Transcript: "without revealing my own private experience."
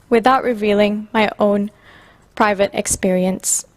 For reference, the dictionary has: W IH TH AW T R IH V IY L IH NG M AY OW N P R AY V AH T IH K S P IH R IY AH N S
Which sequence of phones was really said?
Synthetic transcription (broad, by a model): W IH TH AW T R IH V IY L IH NG M AY OW N P R AY V AH T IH K S P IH R IY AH N S